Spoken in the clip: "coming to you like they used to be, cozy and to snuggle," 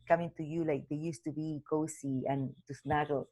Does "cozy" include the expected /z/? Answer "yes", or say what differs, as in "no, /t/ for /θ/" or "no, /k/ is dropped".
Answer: no, /s/ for /z/